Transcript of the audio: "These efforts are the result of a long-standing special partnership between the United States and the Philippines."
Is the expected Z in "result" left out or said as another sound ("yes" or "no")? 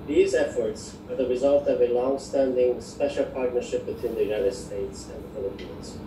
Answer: no